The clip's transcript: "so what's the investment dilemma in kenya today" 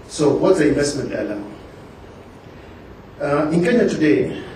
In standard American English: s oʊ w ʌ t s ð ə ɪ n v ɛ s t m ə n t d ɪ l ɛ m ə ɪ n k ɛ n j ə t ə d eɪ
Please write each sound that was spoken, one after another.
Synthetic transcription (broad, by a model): s oʊ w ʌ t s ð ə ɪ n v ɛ s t m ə n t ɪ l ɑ ə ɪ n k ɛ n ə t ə d eɪ